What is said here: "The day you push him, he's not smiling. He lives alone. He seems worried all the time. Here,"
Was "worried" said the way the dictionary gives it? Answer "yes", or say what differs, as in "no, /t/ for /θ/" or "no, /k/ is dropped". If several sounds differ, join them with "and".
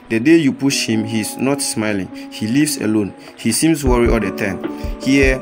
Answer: no, /d/ is dropped